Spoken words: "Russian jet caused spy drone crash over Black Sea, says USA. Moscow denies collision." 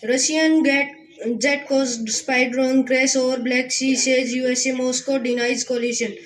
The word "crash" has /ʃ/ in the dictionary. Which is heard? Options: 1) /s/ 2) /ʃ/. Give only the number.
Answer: 1